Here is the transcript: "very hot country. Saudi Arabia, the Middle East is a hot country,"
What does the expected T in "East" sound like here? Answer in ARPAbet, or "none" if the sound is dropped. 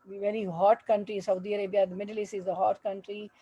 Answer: none